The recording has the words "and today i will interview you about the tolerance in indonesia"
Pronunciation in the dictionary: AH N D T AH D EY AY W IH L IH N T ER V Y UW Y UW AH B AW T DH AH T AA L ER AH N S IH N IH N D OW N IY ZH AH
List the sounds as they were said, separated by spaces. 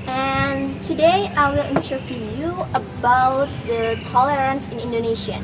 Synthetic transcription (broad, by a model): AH N T AH D EY AY W IH L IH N S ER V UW Y UW AH B AW T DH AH T AA L ER AH N S IH N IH N D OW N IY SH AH